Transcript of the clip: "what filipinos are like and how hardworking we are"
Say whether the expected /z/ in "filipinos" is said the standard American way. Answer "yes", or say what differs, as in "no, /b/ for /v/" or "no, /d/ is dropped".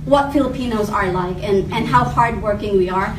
yes